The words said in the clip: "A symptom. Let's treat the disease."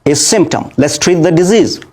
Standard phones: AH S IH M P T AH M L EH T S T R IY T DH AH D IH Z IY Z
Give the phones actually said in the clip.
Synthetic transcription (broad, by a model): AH S IH M P T AH M L EH T S T R IY T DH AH D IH Z IY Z